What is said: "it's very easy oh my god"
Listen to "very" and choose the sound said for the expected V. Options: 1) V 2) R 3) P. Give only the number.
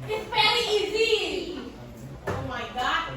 3